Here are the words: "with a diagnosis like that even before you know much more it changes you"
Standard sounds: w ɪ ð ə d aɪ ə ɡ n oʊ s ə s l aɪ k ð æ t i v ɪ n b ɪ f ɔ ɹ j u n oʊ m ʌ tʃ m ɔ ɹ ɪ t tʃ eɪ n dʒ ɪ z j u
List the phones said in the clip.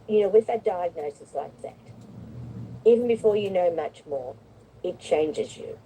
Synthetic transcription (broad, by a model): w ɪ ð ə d aɪ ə ɡ n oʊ s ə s l aɪ k ð æ t i v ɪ n b ɪ f ɔ ɹ j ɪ n oʊ m ʌ tʃ m ɔ ɹ ɪ t tʃ eɪ n dʒ ɪ z j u